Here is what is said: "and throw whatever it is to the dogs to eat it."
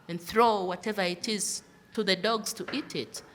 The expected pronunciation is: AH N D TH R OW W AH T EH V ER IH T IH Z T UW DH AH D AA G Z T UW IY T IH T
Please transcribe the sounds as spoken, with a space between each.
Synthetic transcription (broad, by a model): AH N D TH R OW W AH T EH V ER IH T IH Z T UW DH AH D AA G Z T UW IY T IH T